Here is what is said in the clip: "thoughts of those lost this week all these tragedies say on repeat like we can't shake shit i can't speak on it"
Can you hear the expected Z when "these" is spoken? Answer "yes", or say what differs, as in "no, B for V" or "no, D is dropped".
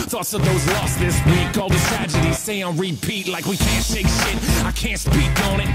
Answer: no, Z is dropped